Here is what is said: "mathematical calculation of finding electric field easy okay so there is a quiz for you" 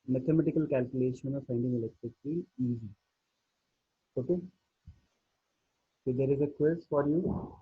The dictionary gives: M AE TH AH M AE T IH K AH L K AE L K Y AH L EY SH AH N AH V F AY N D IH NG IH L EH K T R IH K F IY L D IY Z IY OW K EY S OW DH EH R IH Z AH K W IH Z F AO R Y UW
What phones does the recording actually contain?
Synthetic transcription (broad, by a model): M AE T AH M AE T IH K AH L K AE L K Y AH L EY SH AH N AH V F AY N D IH NG IH L EH K T R IH K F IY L IY Z IY OW K EY S OW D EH R IH Z AH K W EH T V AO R Y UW